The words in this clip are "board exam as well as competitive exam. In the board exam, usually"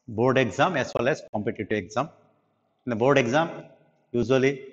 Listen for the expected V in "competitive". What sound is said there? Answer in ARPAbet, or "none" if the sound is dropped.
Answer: none